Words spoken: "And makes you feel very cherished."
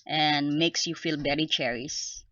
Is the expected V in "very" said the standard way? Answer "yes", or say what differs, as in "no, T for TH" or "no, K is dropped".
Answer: no, B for V